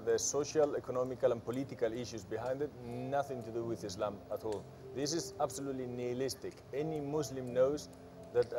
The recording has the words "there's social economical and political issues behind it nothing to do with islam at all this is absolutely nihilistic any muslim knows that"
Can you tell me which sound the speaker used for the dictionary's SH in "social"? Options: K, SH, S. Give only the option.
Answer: SH